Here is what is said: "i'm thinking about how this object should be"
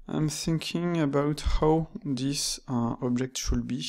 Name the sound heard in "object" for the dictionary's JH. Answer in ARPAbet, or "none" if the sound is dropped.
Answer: JH